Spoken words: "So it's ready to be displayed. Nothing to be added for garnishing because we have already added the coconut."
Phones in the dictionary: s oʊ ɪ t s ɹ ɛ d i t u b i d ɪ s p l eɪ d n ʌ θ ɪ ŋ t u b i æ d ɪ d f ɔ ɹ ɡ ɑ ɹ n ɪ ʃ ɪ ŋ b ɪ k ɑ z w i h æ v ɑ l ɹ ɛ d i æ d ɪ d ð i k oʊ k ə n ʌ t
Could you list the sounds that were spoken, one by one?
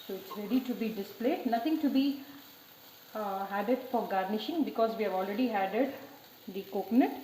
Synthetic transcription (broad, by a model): s oʊ ɪ t s ɹ ɛ d i t u b i d ɪ s p l eɪ d n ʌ t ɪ ŋ t u b i æ d ɪ d f ɔ ɹ ɡ ɑ ɹ n ɪ ʃ ɪ ŋ b ɪ k ɑ z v i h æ v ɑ l ɹ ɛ d i æ d ɪ d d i k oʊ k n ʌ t